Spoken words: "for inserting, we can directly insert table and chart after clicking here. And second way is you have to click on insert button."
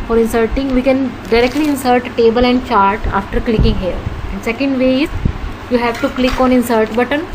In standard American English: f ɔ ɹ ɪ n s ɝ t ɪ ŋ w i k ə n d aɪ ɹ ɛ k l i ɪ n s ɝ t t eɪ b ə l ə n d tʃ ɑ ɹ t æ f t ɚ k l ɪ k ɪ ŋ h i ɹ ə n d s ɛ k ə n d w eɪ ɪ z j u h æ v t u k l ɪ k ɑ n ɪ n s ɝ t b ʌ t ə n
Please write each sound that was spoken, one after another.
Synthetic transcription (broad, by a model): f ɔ ɹ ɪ n s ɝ t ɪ ŋ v i k ə n d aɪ ɹ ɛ k l i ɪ n s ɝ t t eɪ b ə l ə n d tʃ ɑ ɹ t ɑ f t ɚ k l ɪ k ɪ ŋ h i l ə n d s ɛ k ə n d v eɪ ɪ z j u h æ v t u k l ɪ k ɑ n ɪ n s ɝ t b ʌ t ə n